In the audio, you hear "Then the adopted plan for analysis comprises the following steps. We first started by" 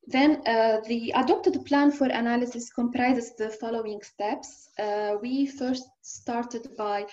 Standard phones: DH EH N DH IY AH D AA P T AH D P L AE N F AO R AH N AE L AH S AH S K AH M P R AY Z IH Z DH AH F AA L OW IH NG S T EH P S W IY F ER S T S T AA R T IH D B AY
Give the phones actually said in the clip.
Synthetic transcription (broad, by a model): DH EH N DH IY AH D AA P T AH D P L AE N F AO R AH N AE L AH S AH S K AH M P R AY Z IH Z DH AH F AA L OW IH NG S T EH P S W IY F ER S T S T AA R T IH D B AY